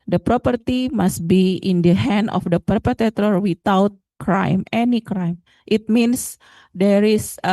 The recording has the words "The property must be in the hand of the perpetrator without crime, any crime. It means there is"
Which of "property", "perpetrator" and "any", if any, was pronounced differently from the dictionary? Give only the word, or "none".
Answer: perpetrator